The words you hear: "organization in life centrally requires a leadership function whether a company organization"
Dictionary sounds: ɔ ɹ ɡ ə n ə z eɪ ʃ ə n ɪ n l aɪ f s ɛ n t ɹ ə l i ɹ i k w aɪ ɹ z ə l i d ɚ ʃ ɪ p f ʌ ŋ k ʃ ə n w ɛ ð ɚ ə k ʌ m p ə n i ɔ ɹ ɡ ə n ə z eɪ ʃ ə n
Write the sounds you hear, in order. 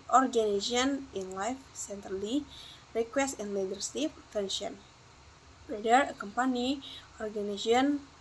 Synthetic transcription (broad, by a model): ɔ ɹ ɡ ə n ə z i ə n ɪ n l aɪ f s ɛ n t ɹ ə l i ɹ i k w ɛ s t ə l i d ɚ s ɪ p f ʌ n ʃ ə n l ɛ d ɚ ə k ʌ m p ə n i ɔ ɹ ɡ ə n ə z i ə n